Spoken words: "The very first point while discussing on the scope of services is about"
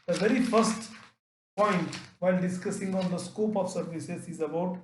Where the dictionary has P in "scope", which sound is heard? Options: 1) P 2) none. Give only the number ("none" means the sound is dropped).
1